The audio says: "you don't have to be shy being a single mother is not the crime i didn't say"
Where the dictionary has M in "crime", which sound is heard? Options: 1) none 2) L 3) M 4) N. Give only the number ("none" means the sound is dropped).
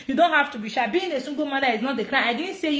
1